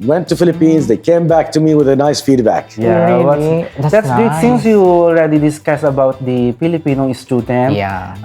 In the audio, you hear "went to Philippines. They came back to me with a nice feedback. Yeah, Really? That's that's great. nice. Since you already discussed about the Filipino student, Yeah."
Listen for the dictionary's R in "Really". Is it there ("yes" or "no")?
no